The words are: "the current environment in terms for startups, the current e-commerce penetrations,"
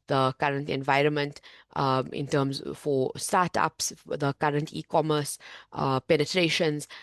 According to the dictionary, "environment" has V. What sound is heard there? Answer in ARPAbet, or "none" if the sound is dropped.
V